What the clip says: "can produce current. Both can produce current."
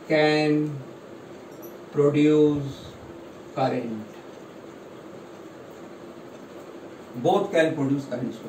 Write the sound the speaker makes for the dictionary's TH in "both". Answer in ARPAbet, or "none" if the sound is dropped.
T